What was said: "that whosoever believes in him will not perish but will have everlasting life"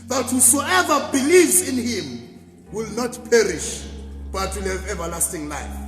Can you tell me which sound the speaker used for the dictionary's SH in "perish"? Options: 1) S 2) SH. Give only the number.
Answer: 2